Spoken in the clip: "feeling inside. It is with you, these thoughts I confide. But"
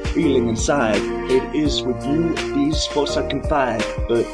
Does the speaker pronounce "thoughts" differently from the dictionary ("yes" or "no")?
yes